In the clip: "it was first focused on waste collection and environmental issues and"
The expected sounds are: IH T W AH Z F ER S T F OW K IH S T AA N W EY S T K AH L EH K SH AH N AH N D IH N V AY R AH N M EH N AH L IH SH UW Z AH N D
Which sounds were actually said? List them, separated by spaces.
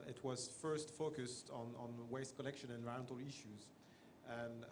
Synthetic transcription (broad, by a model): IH T W AH Z F ER S T F OW K IH S T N N W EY S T K AH L EH K SH AH N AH N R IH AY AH N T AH L IH SH UW Z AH N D